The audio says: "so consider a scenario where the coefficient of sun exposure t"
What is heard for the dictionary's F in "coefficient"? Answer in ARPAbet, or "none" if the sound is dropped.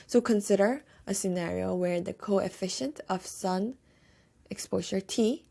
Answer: F